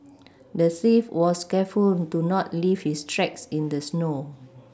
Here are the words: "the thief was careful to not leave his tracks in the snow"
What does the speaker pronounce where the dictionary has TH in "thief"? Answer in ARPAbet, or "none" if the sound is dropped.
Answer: S